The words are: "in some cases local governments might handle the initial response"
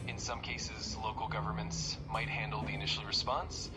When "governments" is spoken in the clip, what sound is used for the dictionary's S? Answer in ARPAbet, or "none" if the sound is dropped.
S